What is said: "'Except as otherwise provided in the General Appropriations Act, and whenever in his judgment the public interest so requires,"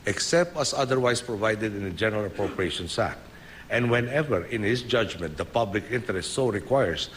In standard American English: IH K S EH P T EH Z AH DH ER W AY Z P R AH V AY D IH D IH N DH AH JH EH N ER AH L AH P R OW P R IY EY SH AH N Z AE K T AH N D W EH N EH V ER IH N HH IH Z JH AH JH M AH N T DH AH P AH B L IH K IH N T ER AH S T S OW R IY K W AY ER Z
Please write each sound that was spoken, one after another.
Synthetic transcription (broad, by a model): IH K S EH P T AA S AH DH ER W AY S P R AH V AY D IH D IH N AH JH EH N ER AH L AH P R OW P R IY EY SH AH N S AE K T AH N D W EH N EH V ER IH N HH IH S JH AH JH M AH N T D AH P AH B L IH K IH N T ER AH S T S OW R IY K W AY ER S